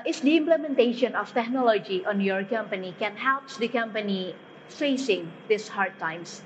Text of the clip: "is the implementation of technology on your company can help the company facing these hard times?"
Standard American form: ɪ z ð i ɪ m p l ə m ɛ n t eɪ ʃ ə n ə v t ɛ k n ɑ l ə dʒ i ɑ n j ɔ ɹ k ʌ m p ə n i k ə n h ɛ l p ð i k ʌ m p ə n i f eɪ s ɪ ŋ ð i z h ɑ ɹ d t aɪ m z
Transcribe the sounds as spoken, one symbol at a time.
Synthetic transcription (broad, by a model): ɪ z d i ɪ m p l ə m ɛ n t eɪ ʃ ə n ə f t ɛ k n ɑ l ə dʒ i ɑ n j ɔ ɹ k ʌ m p ə n i k ə n h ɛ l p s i k ʌ m p ə n i f eɪ s ɪ ŋ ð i s h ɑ ɹ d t aɪ m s